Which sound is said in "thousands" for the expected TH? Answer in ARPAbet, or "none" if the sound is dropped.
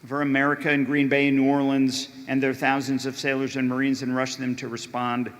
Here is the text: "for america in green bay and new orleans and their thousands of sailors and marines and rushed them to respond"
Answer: TH